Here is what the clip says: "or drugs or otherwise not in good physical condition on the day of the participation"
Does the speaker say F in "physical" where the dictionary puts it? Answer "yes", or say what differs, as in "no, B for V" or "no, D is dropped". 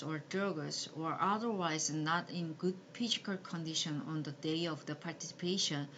no, P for F